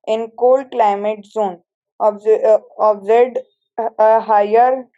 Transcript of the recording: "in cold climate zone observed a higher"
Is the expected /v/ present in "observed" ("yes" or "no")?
no